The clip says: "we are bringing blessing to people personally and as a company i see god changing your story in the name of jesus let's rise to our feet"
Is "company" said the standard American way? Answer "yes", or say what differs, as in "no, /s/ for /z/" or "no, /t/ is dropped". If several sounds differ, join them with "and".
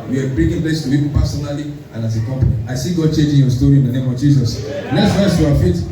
no, /n/ is dropped